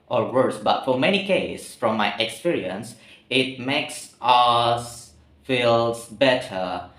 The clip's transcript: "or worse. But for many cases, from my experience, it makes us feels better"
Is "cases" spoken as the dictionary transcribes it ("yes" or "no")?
no